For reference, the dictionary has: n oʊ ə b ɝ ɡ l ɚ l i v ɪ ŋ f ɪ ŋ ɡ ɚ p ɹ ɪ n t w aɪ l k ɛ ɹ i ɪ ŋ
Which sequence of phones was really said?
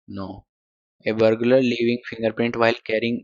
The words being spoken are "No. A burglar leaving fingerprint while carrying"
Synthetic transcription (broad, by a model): n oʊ ə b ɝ ɡ l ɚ l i v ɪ ŋ f ɪ ŋ ɡ ɚ p ɹ ɪ n t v aɪ l k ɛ ɹ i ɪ ŋ